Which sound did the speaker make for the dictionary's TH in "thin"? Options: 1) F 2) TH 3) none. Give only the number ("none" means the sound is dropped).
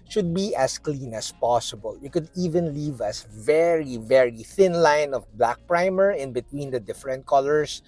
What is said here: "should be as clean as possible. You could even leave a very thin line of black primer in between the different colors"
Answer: 2